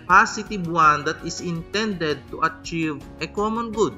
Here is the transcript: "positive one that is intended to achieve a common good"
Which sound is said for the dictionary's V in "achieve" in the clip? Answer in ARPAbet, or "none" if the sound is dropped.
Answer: V